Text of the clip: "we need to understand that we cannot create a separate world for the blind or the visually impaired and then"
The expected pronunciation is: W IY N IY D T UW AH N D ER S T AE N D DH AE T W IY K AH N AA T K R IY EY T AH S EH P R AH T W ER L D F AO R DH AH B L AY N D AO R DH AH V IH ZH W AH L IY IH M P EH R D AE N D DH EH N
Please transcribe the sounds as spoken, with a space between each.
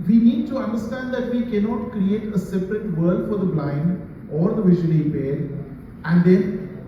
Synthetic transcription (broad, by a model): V IY N IY D T UW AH N D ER S T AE N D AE T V IY K AH N AA T K R IY EY T AH S EH P R AH T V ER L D F AO R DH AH B L AY N D AO R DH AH V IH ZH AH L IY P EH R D AE N D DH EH N